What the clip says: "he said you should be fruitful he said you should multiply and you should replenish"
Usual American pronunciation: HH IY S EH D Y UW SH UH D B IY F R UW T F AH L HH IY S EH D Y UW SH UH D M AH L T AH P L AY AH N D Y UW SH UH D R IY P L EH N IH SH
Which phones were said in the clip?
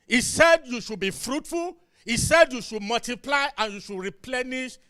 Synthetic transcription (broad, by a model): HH IY S EH D Y UW SH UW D B IY F R UW T F AH L HH IY S EH D Y UW SH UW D M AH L T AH P L AY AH N Y UW SH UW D R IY P L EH N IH SH